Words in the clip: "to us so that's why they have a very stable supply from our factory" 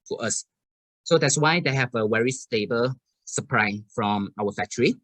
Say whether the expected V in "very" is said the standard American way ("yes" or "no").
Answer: no